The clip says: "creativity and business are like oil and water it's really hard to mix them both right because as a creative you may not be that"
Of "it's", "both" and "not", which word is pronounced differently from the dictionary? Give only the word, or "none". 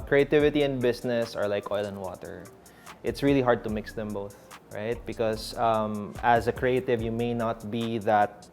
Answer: none